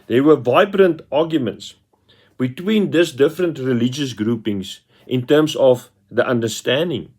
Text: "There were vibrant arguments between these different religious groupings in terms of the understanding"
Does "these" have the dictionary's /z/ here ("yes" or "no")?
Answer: no